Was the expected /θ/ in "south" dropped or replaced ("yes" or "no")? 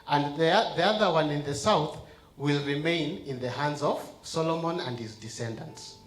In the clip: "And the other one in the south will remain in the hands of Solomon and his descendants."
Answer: no